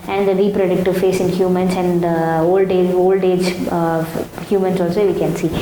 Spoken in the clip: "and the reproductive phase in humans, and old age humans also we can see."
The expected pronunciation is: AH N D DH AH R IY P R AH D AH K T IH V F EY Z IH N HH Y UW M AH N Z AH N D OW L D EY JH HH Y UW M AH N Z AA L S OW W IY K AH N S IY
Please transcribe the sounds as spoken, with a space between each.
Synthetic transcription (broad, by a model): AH N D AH R IY P R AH D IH K T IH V F EY S IH N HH Y UW M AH N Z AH N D OW L D EY JH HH Y UW M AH N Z AA L S OW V IY K AH N S IY